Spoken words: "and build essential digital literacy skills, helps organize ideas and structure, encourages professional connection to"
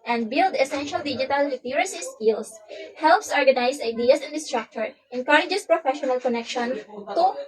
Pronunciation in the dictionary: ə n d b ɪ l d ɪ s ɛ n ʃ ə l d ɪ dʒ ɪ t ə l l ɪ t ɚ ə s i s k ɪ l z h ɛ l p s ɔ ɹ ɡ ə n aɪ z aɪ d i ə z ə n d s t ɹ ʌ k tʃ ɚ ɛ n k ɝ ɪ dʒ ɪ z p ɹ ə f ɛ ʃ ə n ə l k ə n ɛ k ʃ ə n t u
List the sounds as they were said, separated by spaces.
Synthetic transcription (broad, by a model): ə n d b ɪ l d ɪ s ɛ n ʃ ə l d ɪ dʒ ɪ t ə l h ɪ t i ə s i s k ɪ l s h ɛ l p s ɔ ɹ ɡ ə n aɪ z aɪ d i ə s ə n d s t ɹ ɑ k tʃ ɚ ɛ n k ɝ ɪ dʒ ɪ s p ɹ ə f ɛ ʃ ə n ə l k ə n ɛ k ʃ ə n t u